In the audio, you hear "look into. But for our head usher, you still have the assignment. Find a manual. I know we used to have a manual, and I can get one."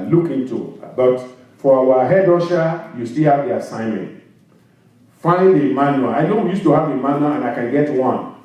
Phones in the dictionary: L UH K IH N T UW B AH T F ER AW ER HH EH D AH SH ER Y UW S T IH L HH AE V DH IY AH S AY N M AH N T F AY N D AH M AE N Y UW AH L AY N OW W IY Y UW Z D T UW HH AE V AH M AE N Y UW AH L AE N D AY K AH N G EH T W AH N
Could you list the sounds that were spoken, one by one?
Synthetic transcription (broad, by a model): L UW K IH N T UW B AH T F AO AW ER HH EH D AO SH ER Y UW S T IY L HH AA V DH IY AH S AY N M AH N T F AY D AH M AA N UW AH AY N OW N Y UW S T UW HH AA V AH M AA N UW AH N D AY K AH N G EH T W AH N